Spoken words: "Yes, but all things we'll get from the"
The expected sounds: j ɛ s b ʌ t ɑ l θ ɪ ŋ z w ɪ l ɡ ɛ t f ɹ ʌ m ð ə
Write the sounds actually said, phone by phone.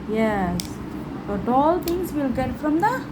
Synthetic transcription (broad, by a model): j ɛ s b ʌ t ɑ l t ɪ ŋ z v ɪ l ɡ ɛ t f ɹ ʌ m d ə